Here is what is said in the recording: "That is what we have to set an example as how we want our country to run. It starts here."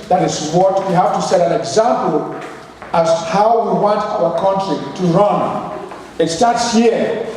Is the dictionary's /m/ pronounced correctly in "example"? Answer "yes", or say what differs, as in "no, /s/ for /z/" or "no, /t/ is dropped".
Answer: yes